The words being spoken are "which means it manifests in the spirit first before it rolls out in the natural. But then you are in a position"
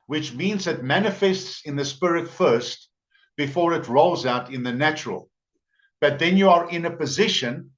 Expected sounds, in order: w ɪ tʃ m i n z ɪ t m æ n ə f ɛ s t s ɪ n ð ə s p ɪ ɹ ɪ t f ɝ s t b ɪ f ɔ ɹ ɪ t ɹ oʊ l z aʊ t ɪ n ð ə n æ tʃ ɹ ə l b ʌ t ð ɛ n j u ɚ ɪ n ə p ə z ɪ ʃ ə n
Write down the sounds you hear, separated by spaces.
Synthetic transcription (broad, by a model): w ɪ tʃ m i n z ɪ t m æ n ə f ɛ s t s ɪ n ð ə s p ɪ ɹ ɪ t f ɝ s t b ɪ f ɔ ɹ ɪ t ɹ oʊ l z aʊ t ɪ n ð ə n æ tʃ ɹ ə l b ʌ t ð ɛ n j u ɚ ɪ n ə p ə z ɪ ʃ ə n